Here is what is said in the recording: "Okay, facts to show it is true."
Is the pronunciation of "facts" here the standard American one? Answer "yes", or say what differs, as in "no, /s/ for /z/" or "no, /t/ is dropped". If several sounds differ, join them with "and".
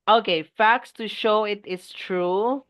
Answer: yes